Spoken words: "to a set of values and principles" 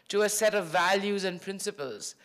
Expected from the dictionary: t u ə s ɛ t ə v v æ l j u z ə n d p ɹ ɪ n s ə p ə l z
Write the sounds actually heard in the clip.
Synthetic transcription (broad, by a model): t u ə s ɛ t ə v v æ l j u z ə n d p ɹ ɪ n s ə p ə l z